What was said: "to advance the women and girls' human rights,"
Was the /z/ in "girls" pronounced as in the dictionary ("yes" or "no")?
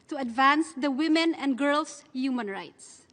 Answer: no